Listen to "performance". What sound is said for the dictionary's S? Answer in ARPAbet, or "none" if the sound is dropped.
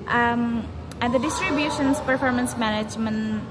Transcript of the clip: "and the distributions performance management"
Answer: S